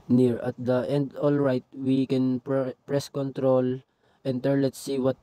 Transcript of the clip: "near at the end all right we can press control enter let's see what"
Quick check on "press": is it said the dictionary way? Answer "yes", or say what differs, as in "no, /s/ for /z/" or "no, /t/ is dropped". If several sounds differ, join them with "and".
yes